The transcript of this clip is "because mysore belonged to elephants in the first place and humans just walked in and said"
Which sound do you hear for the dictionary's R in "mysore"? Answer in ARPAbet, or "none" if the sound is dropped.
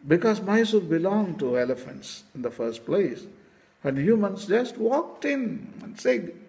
L